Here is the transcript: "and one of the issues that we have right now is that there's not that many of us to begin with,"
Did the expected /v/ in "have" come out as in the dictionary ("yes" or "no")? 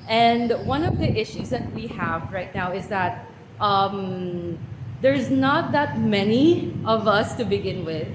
yes